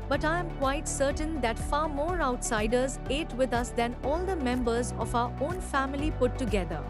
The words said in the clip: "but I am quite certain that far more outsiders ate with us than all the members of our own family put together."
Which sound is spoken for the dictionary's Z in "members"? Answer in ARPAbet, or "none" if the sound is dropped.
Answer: Z